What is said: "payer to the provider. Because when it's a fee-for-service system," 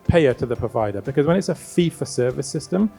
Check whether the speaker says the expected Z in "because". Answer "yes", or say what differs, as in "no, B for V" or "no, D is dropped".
yes